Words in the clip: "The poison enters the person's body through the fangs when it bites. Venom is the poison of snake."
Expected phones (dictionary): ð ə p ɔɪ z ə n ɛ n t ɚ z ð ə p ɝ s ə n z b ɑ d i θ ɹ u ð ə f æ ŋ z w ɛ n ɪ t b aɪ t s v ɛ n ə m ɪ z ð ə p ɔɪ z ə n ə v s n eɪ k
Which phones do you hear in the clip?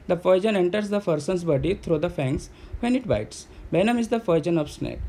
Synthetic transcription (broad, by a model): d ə f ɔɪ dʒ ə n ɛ n t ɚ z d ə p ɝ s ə n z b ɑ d i t ɹ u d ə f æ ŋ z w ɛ n ɪ t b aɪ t s b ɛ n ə m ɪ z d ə f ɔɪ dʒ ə n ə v s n eɪ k